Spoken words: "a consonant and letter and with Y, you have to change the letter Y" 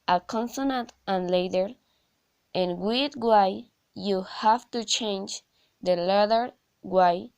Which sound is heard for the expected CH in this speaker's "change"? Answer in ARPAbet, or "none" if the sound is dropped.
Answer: CH